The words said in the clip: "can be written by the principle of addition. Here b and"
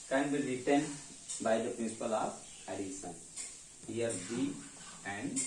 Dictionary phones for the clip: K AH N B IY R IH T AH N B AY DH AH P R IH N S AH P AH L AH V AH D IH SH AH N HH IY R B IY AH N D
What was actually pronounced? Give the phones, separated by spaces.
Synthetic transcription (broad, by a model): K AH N B IY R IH T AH N B AY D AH P R IH N S AH P AH L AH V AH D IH S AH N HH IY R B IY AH N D